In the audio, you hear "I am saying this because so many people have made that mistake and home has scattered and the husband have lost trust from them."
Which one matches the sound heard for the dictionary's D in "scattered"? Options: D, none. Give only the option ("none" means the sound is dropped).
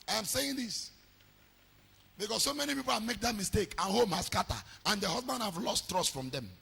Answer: none